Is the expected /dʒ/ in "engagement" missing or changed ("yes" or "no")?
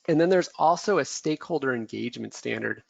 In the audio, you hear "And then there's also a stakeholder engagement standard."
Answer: no